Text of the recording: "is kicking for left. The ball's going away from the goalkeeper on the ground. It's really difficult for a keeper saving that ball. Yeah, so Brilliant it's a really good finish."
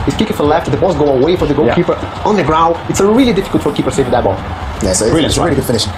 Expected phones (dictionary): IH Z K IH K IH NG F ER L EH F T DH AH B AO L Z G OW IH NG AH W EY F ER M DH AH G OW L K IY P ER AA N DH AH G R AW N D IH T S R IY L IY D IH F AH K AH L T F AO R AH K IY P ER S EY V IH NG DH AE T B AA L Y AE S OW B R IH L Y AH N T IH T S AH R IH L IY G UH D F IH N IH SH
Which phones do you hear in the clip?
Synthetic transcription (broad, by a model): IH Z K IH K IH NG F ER L EH F T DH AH B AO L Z G OW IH AH W EY F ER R DH AH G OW K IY P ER AA N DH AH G R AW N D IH T S R IY L IY D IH F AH K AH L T F AO R K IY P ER S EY IH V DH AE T B AA L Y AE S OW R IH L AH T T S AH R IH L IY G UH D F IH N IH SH